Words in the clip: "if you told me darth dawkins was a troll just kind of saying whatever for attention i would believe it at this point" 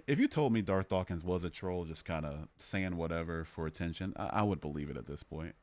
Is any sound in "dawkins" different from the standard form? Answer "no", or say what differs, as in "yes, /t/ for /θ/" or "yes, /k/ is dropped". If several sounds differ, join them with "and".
no